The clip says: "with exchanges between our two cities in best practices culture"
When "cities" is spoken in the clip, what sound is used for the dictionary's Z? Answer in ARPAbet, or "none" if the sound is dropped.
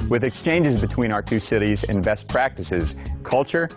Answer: Z